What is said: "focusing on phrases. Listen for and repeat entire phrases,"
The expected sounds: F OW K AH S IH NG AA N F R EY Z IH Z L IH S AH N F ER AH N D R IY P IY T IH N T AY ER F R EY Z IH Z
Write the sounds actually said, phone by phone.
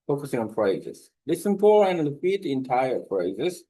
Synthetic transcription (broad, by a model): F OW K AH S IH NG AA N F R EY Z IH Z L IH S AH N F ER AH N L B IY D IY IH N T AY ER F R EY Z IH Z